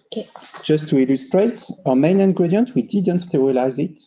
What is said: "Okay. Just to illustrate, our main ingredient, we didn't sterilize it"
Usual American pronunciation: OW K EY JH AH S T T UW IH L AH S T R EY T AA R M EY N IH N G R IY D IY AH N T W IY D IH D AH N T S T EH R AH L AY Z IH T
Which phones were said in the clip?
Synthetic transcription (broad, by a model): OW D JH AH S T T UW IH L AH S T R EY T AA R M EY N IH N G R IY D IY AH N T W IY D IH D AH N T S T EH R AH L AY Z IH T